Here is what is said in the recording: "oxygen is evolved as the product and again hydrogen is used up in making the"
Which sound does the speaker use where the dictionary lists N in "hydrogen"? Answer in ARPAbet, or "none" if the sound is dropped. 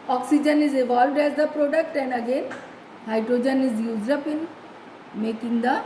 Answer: N